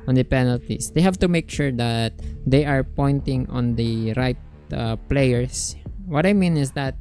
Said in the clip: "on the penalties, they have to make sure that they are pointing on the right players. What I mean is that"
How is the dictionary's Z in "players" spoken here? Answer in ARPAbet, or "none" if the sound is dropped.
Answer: S